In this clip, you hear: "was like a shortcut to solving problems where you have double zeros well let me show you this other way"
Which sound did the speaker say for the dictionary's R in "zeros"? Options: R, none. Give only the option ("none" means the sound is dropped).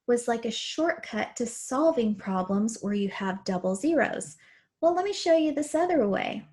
R